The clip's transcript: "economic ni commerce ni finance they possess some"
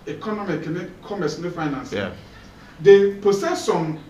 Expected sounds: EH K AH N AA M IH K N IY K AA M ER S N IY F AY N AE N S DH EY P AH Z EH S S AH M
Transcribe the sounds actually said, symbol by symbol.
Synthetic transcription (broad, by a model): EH K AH N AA M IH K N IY K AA M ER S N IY F AY N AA N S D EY P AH S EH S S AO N